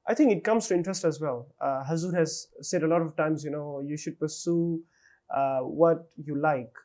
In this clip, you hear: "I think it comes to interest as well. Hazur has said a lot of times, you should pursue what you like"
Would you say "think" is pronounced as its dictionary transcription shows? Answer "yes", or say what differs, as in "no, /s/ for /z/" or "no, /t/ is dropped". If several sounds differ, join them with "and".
no, /t/ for /θ/